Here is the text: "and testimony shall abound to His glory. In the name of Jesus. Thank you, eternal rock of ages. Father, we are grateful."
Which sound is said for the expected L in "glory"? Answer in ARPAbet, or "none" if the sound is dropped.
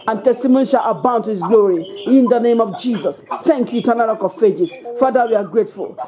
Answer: L